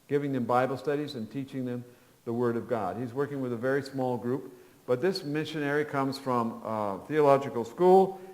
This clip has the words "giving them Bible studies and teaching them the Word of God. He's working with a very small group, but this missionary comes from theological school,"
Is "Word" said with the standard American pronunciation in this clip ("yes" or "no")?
yes